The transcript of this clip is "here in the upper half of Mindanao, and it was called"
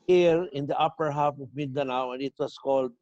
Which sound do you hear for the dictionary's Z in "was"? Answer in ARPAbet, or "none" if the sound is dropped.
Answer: S